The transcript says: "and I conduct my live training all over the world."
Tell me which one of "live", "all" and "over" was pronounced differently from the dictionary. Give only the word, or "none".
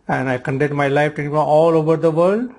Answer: live